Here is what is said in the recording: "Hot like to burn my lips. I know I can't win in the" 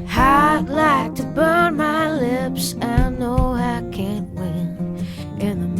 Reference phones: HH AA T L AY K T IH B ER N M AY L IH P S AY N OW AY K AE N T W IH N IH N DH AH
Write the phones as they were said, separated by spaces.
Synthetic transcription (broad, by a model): HH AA L AY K T IH B ER N M AY L IH P S AY N OW AY K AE N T W IH N IH N DH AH